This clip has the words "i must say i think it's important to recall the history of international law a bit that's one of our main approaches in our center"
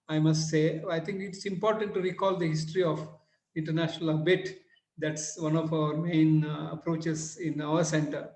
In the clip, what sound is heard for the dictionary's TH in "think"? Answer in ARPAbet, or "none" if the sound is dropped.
T